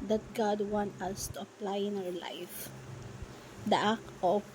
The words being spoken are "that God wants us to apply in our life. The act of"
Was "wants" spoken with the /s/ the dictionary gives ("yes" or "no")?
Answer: no